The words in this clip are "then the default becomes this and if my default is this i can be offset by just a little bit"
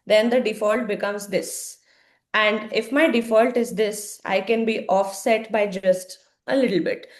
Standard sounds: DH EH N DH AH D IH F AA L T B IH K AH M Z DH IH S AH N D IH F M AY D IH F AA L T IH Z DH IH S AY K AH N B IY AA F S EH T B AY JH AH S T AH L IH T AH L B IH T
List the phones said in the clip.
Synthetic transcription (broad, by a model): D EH N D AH D IH F AA L T B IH K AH M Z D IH S AH N D IH F M AY D IH F AA L T IH Z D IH S AY K AH N B IY AA F S EH T B AY JH AH S T AH L IH T AH L B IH T